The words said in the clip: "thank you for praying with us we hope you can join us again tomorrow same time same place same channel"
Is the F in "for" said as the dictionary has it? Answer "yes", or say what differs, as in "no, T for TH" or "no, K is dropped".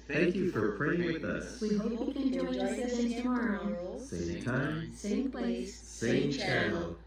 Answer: yes